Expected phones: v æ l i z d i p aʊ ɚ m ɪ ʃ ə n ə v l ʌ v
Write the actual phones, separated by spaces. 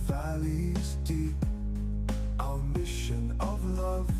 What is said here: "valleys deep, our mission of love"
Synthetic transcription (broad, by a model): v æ l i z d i aʊ m ɪ ʃ ə n ə v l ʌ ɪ